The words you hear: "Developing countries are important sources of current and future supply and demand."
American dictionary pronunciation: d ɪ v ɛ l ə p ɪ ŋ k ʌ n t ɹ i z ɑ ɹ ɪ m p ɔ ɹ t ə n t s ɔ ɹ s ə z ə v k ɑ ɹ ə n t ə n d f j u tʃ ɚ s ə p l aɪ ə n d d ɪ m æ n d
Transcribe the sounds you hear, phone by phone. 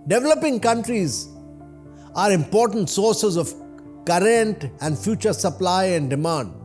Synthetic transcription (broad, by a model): d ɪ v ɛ l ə p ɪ ŋ k ʌ n t ɹ i z ɑ ɹ ɪ m p ɔ ɹ t ə n t s ɔ ɹ s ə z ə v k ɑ ɹ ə n t ə n d f j u tʃ ɚ s ə p l aɪ ə n d d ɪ m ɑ n d